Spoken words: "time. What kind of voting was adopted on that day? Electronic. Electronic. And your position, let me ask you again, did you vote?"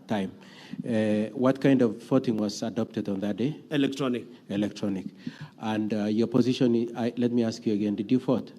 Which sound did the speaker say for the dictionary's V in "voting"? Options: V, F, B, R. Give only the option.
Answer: F